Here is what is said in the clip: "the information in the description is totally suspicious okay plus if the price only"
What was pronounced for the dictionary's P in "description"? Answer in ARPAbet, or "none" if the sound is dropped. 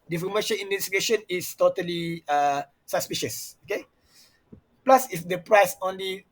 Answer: none